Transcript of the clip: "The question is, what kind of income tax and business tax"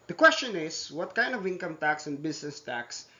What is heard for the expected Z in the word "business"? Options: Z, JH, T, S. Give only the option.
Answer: S